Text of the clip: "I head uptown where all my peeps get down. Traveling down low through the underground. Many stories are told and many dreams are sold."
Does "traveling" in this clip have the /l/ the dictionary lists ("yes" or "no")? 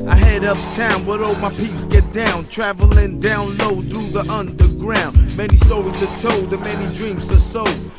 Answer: yes